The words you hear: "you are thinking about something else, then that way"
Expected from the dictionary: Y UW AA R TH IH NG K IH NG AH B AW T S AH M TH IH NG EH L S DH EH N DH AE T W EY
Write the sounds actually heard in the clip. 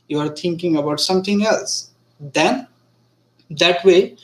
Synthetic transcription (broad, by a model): Y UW AA R T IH NG K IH NG AH B AW T S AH M T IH NG EH L S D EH N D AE T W EY